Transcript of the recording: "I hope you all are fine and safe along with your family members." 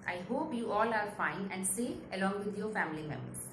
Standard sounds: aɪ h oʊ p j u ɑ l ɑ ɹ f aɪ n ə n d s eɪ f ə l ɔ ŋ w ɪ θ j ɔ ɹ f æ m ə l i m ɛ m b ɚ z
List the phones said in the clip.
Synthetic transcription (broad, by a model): aɪ h oʊ p j u ɑ l ɑ ɹ f aɪ n ə n d s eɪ ə l ɔ ŋ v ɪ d j ɔ ɹ f æ m ə l i m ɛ m b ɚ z